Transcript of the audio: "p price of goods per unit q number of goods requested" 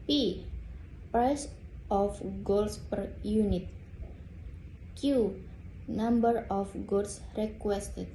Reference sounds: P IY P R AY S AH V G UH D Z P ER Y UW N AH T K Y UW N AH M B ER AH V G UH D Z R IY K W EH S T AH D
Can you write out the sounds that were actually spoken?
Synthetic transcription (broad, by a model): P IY P R AY S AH F G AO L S P ER Y UW N AH T K Y UW N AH M B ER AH F G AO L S R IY K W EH S T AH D